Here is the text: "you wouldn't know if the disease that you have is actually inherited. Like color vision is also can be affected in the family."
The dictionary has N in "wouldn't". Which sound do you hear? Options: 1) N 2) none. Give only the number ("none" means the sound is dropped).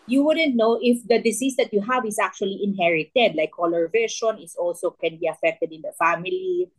1